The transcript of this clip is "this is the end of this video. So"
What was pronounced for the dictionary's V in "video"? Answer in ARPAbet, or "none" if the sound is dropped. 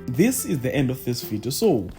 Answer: F